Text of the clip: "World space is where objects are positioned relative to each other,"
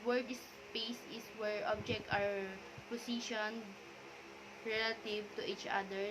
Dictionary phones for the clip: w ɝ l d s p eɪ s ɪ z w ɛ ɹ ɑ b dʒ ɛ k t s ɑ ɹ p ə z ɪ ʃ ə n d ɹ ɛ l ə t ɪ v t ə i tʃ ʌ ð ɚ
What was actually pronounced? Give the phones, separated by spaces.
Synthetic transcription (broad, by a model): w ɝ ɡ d s p eɪ s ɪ s w ɛ ɹ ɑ b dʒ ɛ k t ɑ ɹ p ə s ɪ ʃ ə n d ɹ ɛ l ə t ɪ v t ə i tʃ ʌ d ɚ